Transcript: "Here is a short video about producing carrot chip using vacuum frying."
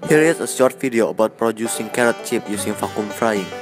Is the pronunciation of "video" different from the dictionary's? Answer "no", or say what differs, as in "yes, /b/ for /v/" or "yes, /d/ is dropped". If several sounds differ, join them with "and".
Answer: yes, /f/ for /v/